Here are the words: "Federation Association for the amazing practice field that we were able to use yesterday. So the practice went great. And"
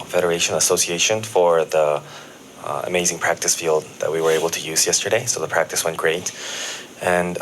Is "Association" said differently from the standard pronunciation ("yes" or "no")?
no